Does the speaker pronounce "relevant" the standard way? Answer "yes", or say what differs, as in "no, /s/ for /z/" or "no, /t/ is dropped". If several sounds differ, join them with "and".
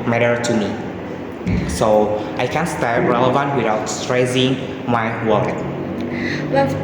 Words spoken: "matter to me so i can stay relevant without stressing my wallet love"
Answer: yes